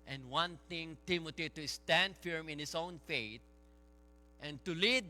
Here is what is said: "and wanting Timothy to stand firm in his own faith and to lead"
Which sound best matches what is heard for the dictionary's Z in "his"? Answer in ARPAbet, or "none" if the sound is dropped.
S